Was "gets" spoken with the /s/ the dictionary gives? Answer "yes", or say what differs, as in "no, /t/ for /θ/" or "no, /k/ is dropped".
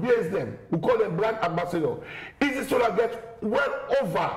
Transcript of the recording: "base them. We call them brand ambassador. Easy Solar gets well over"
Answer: no, /s/ is dropped